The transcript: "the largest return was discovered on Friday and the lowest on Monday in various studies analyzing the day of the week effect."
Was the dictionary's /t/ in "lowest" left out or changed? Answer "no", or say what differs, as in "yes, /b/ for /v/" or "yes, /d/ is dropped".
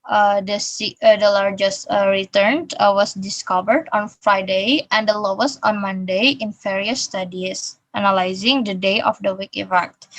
yes, /t/ is dropped